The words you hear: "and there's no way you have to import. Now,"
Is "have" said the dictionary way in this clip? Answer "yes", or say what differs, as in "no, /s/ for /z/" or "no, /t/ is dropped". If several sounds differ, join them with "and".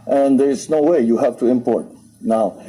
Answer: no, /f/ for /v/